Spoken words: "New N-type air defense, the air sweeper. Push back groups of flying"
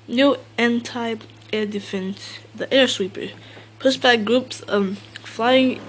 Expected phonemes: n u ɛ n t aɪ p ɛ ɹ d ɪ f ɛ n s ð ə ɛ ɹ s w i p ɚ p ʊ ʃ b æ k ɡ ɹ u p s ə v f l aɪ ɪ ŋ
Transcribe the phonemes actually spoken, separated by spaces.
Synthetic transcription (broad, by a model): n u ɛ n t aɪ ɛ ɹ d ɪ f ɛ n s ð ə ɛ ɹ s w i p ɚ p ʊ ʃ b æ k ɡ ɹ u p s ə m f l aɪ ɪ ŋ